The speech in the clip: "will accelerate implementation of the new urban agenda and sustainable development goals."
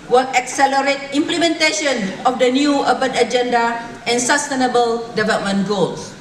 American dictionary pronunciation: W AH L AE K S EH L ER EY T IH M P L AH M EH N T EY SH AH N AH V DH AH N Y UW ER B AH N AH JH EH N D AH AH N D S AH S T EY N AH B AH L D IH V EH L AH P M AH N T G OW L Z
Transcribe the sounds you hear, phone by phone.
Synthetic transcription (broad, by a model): W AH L AE K S EH L ER EY T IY M P L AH M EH N T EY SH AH N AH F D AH N Y UW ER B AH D AH JH EH N D AH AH N S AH S T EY N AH B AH L D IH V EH L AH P M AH N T G OW L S